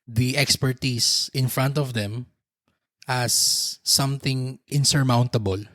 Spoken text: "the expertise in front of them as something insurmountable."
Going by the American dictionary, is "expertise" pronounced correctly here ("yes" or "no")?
no